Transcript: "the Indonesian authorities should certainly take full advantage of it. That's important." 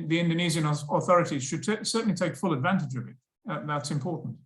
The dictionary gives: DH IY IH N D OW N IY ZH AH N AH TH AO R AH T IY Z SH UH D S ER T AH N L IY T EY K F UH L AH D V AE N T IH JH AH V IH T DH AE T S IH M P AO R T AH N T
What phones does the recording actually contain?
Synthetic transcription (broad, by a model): DH IY IH N D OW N IY Z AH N AH TH AO R AH T IY Z SH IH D S ER T N L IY T EY K F UH L AH D V AE N T IH JH AH V IH T DH AE T S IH M P AO R T N T